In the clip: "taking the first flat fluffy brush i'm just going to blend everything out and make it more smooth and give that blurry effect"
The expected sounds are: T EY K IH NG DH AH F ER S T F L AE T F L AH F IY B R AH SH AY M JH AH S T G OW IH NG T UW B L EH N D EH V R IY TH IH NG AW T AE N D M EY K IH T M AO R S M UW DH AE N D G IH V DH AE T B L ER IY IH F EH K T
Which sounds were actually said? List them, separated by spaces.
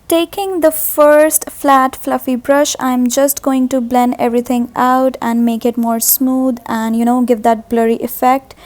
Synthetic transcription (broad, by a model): T EY K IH NG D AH F ER S T F L AE T F L AH F IY B R AH SH AY M JH AH S T G OW IH NG T UW B L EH N EH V R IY T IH NG AW T AE N D M EY K IH T M AO R S M UW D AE N D G IH V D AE T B L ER IY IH F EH K T